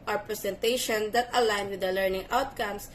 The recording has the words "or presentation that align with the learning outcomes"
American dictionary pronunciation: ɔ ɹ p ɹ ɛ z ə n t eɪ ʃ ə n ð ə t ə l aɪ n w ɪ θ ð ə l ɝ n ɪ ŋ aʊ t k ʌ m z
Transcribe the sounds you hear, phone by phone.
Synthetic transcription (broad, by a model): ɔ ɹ p ɹ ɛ s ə n t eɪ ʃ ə n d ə t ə l aɪ n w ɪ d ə l ɝ n ɪ ŋ aʊ t k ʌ m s